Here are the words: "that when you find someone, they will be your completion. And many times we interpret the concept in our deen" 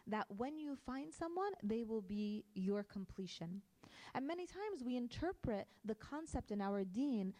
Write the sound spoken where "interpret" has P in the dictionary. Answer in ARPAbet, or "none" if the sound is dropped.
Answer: P